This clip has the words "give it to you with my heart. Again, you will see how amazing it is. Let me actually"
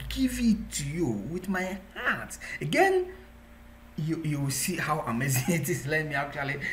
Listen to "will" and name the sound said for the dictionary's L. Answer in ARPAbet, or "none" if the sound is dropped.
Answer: W